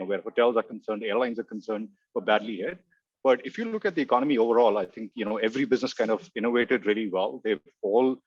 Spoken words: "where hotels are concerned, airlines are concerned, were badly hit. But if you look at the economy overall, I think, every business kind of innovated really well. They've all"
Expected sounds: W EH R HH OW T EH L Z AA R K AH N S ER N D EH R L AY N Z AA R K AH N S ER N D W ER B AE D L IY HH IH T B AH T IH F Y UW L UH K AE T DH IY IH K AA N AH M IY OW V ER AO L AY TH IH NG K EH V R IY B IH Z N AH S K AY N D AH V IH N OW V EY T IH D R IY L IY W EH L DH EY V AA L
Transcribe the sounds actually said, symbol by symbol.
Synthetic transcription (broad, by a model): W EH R HH OW T EH L Z AA R K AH N S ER N D EH R L AY N Z AA R K AH N S ER N D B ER B AE D L IY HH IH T B AH T IH F Y UW L UH K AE T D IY IH K AA N AH M IY OW V ER AO L AY T IH NG K EH V R IY B IH Z N AH S K AY N D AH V IH N OW V EY T IH D R IY L IY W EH L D EY F AA L